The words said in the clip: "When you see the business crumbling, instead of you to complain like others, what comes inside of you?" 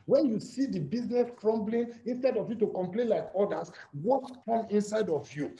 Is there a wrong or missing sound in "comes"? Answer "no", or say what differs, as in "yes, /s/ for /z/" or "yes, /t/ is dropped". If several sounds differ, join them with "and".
yes, /z/ is dropped